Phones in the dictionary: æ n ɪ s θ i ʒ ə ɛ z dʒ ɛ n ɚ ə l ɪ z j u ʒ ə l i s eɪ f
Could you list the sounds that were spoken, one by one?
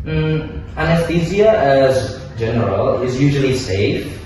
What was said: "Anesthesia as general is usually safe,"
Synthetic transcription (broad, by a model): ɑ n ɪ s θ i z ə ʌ z dʒ ɛ n ɚ ə l ɪ z j u ʒ ə l i s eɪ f